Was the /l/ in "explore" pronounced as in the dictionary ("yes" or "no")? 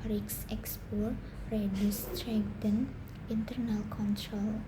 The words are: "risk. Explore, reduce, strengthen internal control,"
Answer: no